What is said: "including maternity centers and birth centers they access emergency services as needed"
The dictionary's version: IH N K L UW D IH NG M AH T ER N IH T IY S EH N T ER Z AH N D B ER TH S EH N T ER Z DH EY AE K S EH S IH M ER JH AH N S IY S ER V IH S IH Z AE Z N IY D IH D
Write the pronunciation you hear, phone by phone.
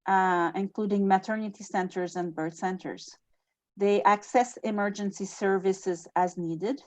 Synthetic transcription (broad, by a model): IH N K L UW D IH NG M AH T ER N IH T IY S EH N T ER Z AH N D B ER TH S EH N T ER Z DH EY AE K S EH S IH M ER JH AH N S IY S ER V IH S IH Z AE Z N IY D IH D